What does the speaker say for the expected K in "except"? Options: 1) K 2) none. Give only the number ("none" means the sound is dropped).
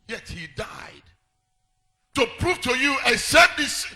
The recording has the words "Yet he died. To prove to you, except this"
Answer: 2